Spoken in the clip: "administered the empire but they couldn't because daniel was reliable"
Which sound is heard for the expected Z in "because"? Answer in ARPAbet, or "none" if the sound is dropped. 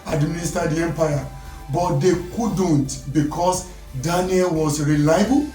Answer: S